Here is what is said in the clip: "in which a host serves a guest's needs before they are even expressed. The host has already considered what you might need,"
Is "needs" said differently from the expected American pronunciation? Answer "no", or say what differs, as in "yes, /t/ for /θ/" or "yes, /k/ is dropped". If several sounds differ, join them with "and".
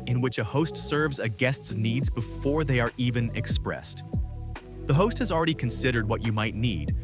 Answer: no